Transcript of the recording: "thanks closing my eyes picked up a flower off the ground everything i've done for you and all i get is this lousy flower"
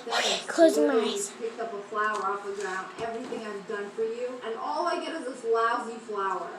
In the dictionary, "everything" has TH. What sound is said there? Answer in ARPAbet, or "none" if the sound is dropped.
TH